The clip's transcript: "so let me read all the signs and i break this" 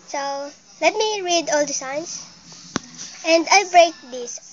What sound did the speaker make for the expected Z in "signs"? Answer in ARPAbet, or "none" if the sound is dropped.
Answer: S